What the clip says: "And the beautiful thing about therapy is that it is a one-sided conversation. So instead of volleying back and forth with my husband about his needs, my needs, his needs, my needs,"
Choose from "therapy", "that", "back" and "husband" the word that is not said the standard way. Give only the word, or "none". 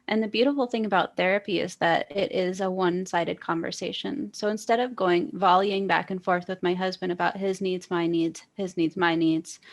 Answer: none